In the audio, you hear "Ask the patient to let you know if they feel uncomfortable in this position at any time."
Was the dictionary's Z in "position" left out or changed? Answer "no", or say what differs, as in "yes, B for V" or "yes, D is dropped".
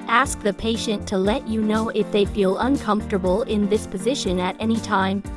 no